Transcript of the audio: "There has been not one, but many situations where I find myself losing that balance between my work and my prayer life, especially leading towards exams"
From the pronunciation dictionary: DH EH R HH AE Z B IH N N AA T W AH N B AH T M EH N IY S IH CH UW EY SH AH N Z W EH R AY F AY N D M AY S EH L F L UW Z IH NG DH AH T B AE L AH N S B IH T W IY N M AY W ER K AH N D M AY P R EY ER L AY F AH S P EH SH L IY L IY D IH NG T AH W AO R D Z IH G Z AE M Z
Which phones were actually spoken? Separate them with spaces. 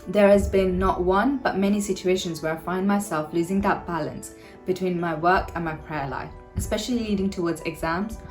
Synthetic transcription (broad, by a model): DH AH R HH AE Z B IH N N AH T W AH N B AH T M EH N IY S IH CH UW EY SH AH N Z W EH R AY F AY N D M AY S EH L F L UW Z IH NG DH AH T B AE L AH N S B IH T W IY N M AY W ER K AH N M AY P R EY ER L AY F AH S P EH SH L IY L IY D IH NG T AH W AO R D Z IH G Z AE M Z